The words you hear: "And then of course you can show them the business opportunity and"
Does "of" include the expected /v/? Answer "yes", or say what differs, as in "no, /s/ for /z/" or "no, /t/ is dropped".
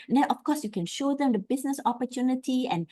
no, /f/ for /v/